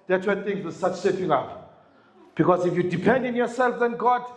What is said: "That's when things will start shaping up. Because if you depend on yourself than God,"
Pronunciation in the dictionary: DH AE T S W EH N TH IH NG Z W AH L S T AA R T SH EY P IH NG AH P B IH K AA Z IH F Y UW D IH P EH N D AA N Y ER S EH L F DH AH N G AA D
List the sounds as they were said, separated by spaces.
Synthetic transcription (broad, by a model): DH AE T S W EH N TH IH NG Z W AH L S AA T S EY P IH NG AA P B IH K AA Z IH F Y UW D IH P EH N D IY N Y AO S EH L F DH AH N G AA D